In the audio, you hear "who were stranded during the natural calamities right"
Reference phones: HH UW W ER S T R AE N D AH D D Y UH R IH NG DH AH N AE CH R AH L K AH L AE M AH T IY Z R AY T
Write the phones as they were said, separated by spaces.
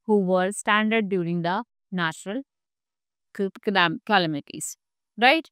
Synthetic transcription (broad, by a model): HH UW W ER S T AE N D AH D D Y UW R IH NG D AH N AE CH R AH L K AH L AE M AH T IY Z R AY T